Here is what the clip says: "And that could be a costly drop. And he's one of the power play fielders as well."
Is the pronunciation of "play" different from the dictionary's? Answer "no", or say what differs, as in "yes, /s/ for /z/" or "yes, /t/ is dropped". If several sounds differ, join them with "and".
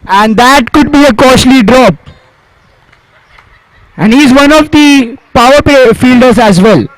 yes, /l/ is dropped